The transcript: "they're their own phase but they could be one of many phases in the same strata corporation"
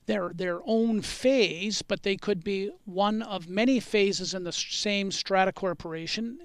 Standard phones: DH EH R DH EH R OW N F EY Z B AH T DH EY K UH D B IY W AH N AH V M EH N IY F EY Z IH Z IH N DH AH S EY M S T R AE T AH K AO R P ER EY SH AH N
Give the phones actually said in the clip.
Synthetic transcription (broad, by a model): DH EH R DH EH R OW N F EY Z B AH T DH EY K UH D B IY W AH N AH V M EH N IY F EY Z IH Z IH N DH AH S EY M S T R AE T AH K AO R P ER EY SH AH N